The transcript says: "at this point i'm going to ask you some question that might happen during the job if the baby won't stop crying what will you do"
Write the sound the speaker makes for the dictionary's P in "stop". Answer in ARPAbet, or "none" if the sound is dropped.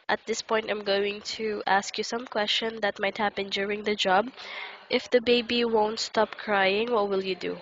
P